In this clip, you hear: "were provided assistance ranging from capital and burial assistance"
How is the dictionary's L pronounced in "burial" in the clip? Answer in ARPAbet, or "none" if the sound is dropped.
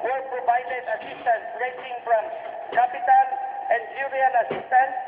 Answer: N